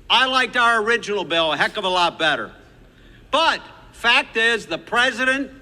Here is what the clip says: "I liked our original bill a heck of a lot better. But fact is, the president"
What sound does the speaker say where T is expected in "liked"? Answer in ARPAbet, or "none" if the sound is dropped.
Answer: T